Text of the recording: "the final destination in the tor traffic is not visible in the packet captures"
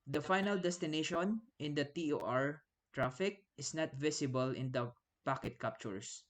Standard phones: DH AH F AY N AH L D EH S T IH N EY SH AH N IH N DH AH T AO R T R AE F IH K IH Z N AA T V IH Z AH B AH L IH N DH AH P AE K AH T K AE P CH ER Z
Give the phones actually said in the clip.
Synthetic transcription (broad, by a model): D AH F AY N AH L D EH S T IH N EY SH AH N IH N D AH T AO R T R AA F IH K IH S N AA T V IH S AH B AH L IH N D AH P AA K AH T K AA P CH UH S